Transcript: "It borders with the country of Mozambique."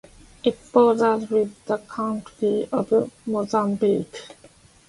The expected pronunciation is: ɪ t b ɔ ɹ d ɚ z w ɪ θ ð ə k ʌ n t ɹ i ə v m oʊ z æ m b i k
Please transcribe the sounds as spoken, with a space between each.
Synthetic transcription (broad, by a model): ɪ t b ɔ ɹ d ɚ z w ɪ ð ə k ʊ n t i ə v m oʊ z æ m b i k